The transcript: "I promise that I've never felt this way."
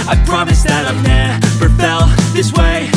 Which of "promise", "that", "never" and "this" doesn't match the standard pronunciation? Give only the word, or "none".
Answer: never